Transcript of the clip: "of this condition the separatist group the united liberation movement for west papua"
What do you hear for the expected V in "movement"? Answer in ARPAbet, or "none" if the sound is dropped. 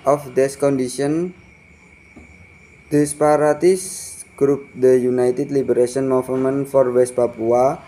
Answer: F